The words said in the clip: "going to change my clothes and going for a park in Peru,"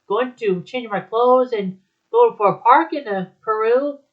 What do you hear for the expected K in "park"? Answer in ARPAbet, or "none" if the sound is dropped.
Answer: K